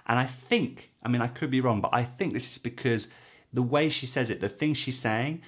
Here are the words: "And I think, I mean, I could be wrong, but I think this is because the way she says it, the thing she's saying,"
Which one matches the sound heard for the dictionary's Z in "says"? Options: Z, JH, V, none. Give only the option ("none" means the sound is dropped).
Z